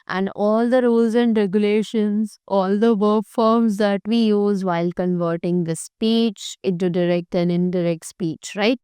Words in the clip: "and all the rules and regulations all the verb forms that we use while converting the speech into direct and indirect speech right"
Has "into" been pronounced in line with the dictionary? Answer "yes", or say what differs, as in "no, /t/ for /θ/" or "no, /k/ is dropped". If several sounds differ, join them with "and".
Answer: no, /n/ is dropped